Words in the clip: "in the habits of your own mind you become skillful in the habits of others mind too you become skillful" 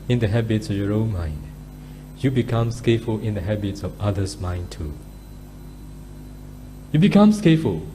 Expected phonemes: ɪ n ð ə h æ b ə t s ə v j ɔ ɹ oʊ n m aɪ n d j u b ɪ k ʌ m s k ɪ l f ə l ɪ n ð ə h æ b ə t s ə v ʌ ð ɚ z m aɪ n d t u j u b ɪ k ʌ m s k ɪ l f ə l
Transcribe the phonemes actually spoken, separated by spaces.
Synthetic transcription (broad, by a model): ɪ n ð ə h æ b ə t s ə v j ɔ ɹ oʊ n m aɪ n d j u b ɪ k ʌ m s k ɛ f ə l ɪ n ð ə h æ b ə t s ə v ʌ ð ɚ s m aɪ n t u j u b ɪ k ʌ m s k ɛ f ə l